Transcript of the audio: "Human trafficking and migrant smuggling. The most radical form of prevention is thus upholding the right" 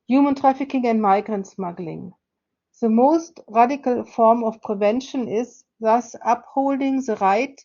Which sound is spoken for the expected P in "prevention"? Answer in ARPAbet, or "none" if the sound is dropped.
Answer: P